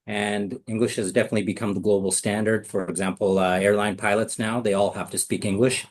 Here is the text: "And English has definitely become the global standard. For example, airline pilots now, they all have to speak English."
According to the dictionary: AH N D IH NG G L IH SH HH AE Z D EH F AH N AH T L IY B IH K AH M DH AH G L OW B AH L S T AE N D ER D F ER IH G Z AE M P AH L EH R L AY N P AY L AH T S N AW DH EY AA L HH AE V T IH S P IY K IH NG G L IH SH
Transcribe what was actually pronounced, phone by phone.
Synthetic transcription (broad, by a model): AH N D IH NG G L IH SH HH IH Z D EH F AH N AH T L IY B IH K AH M DH AH G L OW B L S T AE N D ER D F ER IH G Z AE M P L EH R L AY N P AY L AH T S N AW DH EY AA L HH AE F T IH S P IY K IH NG G L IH SH